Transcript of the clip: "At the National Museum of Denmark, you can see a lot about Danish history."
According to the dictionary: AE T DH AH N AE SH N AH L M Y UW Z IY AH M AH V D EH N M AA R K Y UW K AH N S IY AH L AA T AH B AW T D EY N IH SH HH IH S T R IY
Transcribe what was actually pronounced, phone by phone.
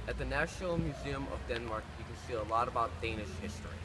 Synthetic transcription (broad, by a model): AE T DH AH N AE SH N L M Y UW Z IY AH M AH V D EH N M AA R K Y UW K AH N S IY AH L AA T AH B AW T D EY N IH SH HH IH S T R IY